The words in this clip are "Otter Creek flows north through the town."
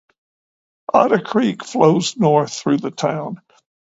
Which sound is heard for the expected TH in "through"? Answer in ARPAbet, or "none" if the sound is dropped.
TH